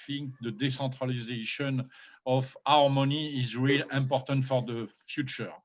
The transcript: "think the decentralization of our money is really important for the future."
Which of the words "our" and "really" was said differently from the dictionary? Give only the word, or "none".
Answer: none